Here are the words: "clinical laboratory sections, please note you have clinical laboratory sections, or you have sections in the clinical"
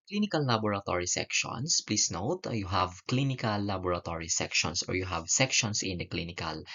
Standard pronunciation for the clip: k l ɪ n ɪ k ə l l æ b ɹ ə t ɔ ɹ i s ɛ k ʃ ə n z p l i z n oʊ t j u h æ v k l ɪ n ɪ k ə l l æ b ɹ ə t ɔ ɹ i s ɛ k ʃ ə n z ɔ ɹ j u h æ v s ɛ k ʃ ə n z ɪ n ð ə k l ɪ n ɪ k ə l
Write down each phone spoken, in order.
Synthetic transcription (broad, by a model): k l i n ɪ k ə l l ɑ b ɹ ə t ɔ ɹ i s ɛ k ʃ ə n s p l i s n oʊ t j u h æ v k l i n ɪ k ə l l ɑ b ɹ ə t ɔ ɹ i s ɛ k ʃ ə n s ɔ ɹ j u h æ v s ɛ k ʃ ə n s ɪ n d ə k l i n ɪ k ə l